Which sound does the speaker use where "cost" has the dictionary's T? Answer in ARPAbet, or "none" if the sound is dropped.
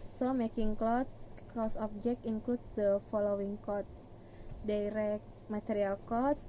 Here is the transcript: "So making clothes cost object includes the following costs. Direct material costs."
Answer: none